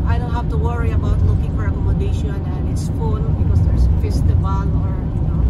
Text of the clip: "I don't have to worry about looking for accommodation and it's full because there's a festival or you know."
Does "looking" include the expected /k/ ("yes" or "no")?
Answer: yes